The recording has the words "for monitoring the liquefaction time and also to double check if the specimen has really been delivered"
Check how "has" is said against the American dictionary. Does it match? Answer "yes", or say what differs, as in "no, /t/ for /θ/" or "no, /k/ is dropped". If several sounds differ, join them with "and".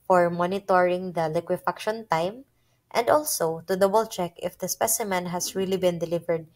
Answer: no, /s/ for /z/